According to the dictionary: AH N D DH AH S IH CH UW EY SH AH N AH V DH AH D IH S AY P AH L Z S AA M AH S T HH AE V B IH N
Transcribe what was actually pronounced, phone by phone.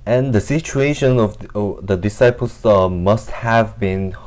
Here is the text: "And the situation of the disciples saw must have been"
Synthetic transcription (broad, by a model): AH N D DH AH S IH CH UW EY SH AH N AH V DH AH D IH S AY P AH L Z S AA M AH S T HH AE V B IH N